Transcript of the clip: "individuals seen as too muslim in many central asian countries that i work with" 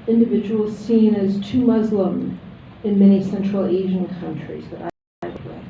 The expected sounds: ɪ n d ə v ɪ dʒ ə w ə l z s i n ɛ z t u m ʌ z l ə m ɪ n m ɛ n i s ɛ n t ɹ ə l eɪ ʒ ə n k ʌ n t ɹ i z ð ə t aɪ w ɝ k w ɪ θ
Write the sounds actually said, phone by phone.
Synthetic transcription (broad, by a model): ɪ n d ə v ɪ dʒ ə w l s i n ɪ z t u m ʌ z l ə m ɪ n m ɛ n i s ɛ n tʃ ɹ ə l eɪ ʒ ə n k ʌ n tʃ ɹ i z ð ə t aɪ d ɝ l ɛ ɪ